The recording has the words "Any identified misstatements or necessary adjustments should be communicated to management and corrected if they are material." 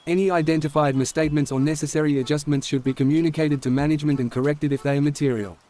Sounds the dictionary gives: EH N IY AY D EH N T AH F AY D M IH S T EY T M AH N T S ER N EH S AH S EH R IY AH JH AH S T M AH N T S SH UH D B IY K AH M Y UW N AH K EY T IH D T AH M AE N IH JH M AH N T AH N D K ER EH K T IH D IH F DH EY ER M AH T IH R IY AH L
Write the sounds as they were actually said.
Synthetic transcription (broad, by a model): EH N IY AY D EH N T AH F AY D M IH S T EY T M AH N T S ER N EH S AH S EH R IY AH JH AH S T M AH N T S SH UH D B IY K AH M Y UW N AH K EY T IH D T AH M AE N IH JH M AH N T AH N K ER EH K T IH D IH F DH EY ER M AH T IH R IY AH L